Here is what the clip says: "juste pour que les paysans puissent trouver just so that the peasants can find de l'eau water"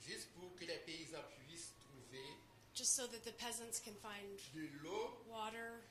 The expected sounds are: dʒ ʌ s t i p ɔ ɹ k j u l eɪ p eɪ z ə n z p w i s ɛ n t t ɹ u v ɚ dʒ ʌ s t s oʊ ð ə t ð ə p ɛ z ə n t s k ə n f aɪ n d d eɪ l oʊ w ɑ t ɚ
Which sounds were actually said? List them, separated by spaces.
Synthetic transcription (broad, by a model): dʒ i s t p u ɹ k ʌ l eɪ p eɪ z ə p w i s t t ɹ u v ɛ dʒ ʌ s t s oʊ ð ə t ð ə p ɛ z ə n t s k ə n f aɪ n d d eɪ l oʊ w ɑ t ɚ